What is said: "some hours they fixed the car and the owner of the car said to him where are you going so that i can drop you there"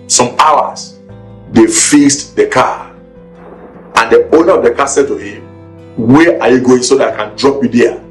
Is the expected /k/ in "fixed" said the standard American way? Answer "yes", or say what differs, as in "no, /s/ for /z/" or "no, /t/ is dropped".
no, /k/ is dropped